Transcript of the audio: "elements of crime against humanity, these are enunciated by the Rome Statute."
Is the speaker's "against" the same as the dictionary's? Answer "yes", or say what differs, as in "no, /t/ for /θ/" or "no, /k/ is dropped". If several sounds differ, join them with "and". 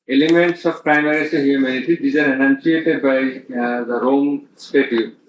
no, /n/ is dropped